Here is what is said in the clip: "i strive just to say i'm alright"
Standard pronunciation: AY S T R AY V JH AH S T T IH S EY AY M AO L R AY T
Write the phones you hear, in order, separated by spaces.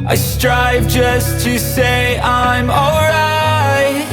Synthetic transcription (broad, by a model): AY S T R AY V JH AH S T T IH S EY AY M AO L R AY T